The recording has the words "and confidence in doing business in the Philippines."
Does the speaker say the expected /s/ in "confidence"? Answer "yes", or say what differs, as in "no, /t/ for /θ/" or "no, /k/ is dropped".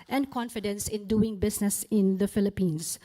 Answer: yes